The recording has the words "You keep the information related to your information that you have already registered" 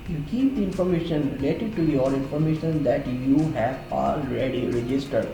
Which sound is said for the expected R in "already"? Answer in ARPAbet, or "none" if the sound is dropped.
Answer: R